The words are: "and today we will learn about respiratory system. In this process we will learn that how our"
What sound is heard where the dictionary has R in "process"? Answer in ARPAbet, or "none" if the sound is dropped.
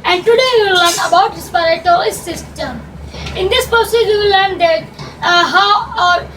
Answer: none